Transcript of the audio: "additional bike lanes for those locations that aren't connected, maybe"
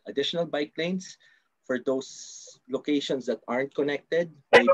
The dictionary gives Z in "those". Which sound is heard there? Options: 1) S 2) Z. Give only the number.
1